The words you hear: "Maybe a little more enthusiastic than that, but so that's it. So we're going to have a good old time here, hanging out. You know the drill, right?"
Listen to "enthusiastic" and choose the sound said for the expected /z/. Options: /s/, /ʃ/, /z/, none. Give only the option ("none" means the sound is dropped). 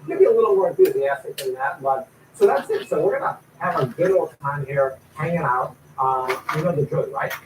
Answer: /z/